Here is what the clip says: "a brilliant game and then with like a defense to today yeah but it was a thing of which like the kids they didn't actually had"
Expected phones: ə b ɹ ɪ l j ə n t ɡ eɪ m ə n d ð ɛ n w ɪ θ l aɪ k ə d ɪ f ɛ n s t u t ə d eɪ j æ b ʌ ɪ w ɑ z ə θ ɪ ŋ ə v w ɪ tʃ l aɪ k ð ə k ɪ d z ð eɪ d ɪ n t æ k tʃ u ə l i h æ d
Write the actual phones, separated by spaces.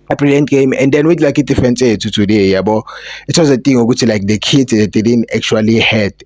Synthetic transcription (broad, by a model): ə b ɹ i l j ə n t ɡ eɪ m ə n d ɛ n w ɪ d l aɪ k ə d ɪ f ɛ n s t u t ə d eɪ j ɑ b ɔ ɪ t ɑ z ə t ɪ ŋ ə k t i l aɪ k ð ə k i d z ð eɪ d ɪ n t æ k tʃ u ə l i h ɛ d